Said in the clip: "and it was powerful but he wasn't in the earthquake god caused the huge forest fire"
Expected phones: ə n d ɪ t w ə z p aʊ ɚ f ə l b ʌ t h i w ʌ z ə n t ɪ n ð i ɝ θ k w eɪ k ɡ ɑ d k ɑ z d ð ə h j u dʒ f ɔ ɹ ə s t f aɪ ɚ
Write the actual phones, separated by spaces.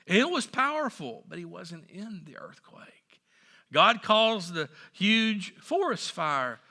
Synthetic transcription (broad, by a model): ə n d ɪ t w ə z p aʊ ɚ f l b ʌ t h i w ʌ z ə n t ɪ n ð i ɝ θ k w eɪ k ɡ ɑ d k ɑ z ð ə h j u dʒ f ɔ ɹ ə s t f aɪ ɚ